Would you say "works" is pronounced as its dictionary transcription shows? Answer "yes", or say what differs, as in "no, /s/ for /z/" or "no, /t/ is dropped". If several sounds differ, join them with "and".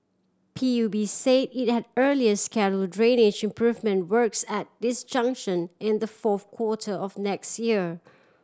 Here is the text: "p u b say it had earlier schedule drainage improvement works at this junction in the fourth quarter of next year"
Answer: yes